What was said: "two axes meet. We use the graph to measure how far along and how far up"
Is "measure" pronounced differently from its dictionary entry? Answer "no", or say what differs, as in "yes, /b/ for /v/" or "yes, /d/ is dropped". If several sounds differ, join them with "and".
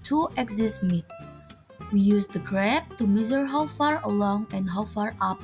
yes, /z/ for /ʒ/